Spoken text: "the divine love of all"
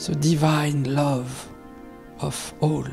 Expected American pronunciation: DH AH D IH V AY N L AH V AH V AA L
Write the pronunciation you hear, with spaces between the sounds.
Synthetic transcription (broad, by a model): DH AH D IH V AY N L AH V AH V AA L